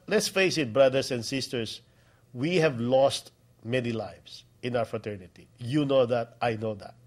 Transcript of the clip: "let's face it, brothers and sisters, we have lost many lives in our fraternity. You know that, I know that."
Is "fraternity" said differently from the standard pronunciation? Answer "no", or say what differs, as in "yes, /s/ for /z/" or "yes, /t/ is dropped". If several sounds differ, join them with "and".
no